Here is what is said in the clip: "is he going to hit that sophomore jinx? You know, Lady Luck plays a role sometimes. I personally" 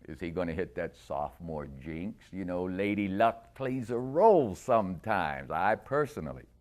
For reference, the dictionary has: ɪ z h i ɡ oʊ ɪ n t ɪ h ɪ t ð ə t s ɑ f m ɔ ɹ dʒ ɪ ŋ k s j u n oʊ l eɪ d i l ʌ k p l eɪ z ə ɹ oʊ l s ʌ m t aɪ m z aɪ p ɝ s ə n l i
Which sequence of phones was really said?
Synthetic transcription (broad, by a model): ɪ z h i ɡ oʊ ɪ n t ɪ h ɪ t ð ə t s ɑ f m ɔ ɹ dʒ ɪ ŋ k s j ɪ n oʊ l eɪ d i l ʌ k p l eɪ z ə ɹ oʊ l s ʌ m t aɪ m z aɪ p ɝ s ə n l i